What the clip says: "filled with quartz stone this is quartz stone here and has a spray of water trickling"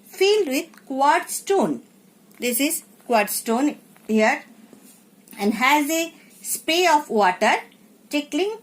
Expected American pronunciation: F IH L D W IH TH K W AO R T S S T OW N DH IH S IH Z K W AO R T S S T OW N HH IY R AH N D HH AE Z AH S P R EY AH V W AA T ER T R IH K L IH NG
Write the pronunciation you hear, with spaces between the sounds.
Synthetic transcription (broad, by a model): F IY L D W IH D K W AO R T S S T OW N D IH S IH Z K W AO R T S S T OW N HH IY R AH N D HH AE Z AH S P EY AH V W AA T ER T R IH K L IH NG